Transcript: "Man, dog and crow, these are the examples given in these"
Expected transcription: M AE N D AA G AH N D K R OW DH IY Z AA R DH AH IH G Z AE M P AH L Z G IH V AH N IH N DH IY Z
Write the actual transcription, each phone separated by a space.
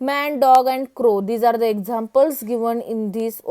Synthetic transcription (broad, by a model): M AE N D AA G AH N D K R OW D IY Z AA R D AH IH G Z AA M P AH L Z G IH V AH N IH N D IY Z